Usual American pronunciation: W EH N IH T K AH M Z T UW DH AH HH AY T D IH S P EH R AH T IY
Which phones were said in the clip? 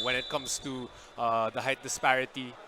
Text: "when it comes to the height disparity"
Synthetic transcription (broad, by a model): W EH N IH T K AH M S T UW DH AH HH AY T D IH S P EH R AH T IY